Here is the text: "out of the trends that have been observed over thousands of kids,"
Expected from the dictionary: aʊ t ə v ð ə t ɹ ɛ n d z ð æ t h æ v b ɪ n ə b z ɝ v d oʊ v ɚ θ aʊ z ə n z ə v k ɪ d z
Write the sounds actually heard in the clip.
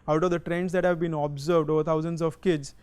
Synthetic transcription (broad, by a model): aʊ t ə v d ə t ɹ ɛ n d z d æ t h æ v b ɪ n ə b z ɝ v d oʊ v ɚ t aʊ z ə n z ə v k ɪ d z